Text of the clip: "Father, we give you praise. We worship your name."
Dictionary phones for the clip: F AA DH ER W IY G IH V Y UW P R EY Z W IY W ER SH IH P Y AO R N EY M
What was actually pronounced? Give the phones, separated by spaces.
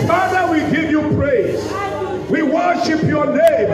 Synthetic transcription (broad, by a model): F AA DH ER W IY G IH V Y UW P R EY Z W IY W ER SH IH P Y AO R N EY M